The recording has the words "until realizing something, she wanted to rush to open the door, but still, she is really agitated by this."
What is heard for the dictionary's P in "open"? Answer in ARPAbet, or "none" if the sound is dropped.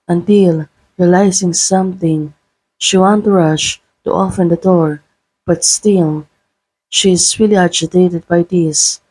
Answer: F